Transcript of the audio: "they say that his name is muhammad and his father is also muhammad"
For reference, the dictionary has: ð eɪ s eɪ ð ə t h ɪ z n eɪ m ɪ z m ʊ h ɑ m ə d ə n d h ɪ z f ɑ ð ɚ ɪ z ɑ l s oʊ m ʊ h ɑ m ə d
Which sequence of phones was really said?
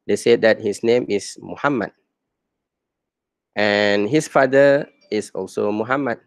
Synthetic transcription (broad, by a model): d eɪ s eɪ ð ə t h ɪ s n eɪ m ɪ s m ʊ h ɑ m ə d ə n h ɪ s f ɑ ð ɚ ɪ s ɑ l s oʊ m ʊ h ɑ m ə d